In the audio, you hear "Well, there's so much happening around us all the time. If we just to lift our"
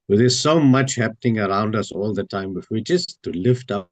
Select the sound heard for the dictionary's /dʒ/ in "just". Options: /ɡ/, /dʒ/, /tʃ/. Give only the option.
/tʃ/